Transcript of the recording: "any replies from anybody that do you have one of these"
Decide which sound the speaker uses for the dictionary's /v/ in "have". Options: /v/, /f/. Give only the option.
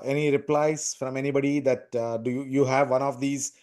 /v/